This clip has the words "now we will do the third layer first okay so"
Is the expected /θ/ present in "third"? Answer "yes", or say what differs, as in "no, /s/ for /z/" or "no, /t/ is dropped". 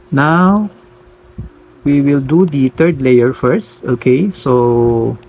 no, /t/ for /θ/